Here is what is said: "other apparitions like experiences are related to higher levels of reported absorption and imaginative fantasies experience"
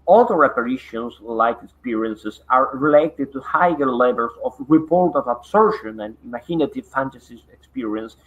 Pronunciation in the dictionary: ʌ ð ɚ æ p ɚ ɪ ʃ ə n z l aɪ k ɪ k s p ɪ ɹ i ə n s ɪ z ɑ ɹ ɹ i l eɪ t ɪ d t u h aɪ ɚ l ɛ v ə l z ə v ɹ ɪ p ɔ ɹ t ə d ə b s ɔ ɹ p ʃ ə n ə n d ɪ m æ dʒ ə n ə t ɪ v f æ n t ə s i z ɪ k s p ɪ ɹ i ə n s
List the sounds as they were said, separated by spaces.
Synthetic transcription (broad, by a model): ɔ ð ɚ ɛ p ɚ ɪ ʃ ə n s l aɪ k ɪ k s p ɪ ɹ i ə n s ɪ s ɑ ɹ ɹ i l eɪ t ɪ d t u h aɪ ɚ l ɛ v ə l s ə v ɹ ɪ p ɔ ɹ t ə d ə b s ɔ ɹ ʃ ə n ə n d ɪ m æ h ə n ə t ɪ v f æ n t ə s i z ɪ k s p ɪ ɹ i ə n s